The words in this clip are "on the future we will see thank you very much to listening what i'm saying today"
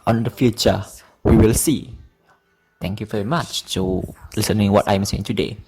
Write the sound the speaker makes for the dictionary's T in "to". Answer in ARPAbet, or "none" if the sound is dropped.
S